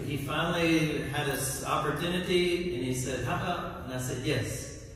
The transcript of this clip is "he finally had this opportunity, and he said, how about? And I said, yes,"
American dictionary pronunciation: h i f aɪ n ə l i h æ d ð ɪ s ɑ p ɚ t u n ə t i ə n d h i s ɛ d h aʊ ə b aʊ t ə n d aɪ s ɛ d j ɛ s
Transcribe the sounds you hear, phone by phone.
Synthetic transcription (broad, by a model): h i f aɪ n l i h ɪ d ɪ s ɑ p ɚ t u n ə t i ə n i s ɛ d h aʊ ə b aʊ ə n aɪ s ɛ d j ɛ s